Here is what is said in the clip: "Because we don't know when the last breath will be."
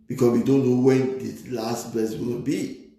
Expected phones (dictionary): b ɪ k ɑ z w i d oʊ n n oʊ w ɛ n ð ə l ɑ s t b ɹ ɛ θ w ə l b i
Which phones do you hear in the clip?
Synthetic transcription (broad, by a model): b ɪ k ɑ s w i d oʊ n n oʊ w ɛ n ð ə l ɑ s t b ɛ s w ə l b i